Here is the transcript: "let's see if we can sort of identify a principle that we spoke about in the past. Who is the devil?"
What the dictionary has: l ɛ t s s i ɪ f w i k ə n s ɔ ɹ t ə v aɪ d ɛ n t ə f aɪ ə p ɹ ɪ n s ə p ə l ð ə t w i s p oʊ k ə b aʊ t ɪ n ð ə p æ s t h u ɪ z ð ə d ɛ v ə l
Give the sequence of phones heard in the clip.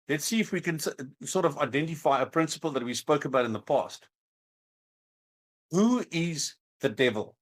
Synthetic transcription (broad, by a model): l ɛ t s s i ɪ f w i k ə n s ɔ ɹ t ə v aɪ d ɛ n t ə f aɪ ə p ɹ ɪ n s ə p ə l ð ə t w i s p oʊ k ə b aʊ t ɪ n ð ə p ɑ s t h u ɪ z ð ə d ɛ v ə l